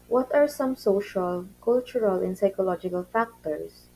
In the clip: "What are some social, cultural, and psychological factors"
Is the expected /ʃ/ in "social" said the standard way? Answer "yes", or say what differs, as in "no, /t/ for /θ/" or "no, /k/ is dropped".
yes